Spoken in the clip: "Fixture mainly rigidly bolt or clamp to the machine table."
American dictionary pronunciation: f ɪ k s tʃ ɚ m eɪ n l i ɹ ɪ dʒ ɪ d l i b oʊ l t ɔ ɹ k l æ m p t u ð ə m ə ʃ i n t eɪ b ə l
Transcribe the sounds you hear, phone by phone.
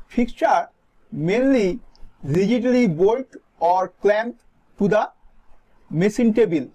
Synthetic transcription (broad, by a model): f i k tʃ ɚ m eɪ n l i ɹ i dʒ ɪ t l i b oʊ l t ɔ ɹ k l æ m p t u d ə m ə s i n t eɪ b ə l